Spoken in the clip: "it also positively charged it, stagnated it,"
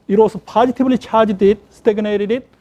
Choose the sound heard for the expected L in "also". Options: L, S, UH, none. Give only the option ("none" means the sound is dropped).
none